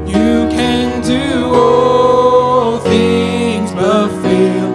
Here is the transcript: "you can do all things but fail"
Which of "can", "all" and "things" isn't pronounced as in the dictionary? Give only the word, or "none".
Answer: none